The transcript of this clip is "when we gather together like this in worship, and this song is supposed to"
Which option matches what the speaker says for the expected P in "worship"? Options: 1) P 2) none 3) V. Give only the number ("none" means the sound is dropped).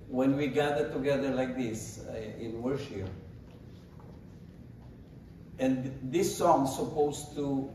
2